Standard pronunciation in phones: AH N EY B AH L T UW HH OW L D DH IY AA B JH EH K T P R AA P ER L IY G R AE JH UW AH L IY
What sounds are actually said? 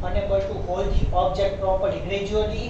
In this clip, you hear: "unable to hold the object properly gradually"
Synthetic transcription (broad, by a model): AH N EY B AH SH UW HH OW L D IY AA B JH EH K T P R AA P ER IY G R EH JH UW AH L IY